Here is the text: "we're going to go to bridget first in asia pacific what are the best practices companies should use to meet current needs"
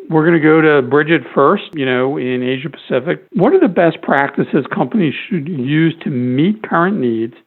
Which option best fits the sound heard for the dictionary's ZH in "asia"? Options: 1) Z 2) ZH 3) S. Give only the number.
2